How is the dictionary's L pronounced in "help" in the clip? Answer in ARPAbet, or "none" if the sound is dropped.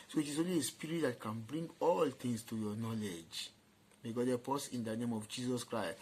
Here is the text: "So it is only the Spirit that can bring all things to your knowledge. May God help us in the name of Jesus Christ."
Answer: none